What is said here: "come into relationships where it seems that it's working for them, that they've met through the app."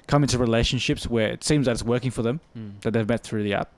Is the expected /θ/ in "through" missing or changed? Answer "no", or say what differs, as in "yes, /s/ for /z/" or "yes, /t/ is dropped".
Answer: no